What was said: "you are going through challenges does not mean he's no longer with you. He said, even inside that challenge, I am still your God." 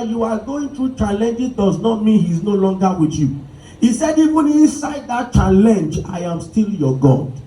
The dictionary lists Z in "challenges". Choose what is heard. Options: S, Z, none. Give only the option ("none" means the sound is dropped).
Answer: none